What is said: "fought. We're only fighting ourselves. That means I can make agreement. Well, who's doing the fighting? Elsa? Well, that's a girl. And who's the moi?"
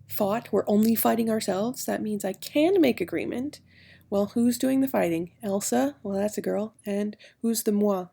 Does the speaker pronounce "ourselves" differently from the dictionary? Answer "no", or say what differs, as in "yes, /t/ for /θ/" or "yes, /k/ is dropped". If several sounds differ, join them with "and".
no